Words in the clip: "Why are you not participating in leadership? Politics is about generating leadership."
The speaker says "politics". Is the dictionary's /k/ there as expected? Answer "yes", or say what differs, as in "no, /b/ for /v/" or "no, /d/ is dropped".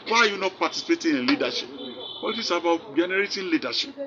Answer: no, /k/ is dropped